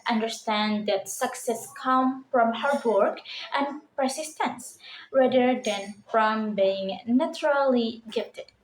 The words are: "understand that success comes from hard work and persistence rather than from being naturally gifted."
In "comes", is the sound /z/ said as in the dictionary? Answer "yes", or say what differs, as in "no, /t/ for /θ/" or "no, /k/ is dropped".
no, /z/ is dropped